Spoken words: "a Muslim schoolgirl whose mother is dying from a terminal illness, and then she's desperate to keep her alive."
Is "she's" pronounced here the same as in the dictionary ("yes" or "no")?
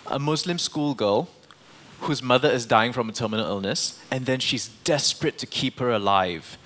yes